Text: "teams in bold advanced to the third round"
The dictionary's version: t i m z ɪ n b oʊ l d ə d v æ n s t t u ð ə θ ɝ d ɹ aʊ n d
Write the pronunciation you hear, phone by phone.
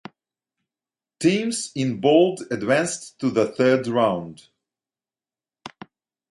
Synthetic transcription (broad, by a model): t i m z ɪ n b oʊ l d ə d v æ n s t t u ð ə θ ɝ d ɹ aʊ n d